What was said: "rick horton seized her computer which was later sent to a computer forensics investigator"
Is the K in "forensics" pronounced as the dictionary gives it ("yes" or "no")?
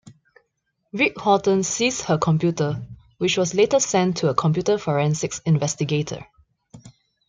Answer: yes